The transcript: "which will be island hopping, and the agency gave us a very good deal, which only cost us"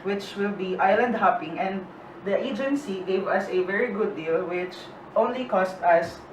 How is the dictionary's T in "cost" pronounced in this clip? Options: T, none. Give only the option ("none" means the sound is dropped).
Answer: T